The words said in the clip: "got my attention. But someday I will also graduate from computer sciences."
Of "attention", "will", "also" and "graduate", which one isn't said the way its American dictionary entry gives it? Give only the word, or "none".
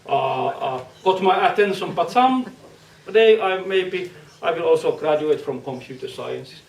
none